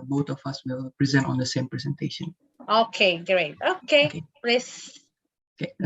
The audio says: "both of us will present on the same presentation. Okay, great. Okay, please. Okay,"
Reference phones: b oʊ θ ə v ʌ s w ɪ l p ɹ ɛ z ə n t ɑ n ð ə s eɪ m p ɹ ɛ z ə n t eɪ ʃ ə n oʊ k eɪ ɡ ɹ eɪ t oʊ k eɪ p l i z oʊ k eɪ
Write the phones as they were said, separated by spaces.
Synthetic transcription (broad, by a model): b oʊ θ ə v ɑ s w ɪ l p ɹ ɛ z ə n t ɑ n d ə s eɪ m p ɹ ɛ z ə n t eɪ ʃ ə n oʊ k eɪ ɡ ɹ eɪ t oʊ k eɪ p l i s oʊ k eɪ